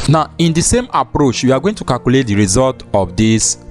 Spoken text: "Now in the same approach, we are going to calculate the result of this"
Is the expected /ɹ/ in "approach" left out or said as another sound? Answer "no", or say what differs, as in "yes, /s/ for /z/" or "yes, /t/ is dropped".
no